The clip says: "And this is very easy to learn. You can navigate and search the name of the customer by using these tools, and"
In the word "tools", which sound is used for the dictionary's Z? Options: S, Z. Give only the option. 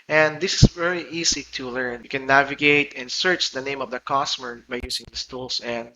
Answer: S